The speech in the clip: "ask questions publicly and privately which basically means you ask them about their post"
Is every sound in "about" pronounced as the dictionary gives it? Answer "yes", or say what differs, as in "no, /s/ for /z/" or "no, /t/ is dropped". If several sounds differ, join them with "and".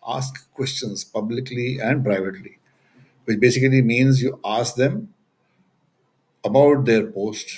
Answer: yes